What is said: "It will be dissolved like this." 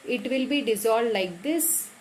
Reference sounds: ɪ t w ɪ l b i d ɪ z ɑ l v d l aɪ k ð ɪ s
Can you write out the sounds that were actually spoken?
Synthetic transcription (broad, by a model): ɪ t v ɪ l b i d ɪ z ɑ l d l aɪ k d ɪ s